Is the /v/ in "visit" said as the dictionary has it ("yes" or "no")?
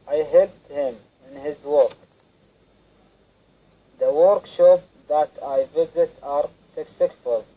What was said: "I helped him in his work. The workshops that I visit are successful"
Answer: yes